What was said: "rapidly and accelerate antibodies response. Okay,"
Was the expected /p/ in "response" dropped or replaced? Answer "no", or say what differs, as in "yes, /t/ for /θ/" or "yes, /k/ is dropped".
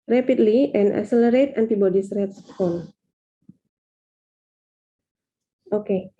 yes, /f/ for /p/